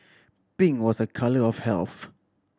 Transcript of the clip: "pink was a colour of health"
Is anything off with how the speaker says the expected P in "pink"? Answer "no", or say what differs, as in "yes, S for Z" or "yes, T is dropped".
yes, B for P